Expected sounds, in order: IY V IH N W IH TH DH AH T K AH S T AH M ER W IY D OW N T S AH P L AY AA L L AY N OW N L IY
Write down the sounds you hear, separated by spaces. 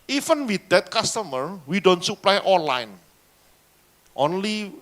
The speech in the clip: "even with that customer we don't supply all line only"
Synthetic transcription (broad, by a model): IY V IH N W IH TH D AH T K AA S T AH M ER W IY D OW N T S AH P L AY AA N L AY N OW N L IY